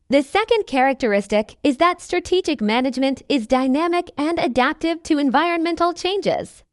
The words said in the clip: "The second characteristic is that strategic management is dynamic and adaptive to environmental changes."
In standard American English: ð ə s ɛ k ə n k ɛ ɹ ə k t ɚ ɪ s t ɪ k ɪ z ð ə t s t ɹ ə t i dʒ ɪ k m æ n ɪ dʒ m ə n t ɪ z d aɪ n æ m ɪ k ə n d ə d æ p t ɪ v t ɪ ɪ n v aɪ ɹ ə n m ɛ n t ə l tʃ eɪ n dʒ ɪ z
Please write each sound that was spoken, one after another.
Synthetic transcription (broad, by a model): ð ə s ɛ k ə n k ɛ ɹ ə k t ɚ ɪ s t ɪ k ɪ z ð ə t s t ɹ ə t i dʒ ɪ k m æ n ɪ dʒ m ə n t ɪ z d aɪ n æ m ɪ k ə n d ə d æ p t ɪ v t ɪ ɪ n v aɪ ɹ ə n m ɛ n t l tʃ eɪ n dʒ ɪ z